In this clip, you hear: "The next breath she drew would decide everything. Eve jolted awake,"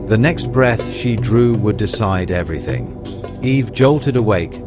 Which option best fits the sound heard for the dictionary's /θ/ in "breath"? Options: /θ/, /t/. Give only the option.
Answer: /θ/